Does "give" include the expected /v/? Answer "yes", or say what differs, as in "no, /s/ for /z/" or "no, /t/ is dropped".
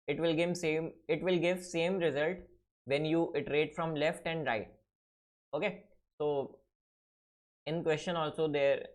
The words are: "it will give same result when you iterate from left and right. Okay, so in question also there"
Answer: yes